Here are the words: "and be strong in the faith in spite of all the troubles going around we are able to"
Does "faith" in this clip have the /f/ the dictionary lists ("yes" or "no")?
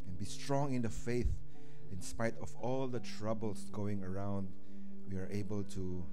yes